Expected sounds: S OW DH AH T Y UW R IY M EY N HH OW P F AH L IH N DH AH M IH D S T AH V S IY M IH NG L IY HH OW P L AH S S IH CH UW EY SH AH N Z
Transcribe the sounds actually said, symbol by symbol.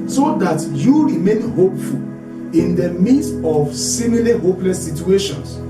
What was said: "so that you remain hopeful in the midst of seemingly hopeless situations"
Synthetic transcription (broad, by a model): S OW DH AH T Y UW R IY M EY N HH OW P F AH L IH N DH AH M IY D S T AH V S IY M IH L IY HH OW P L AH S S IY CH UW EY SH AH N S